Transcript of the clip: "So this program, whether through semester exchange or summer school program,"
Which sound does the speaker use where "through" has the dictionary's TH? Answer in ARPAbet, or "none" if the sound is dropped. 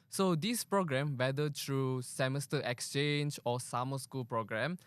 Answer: T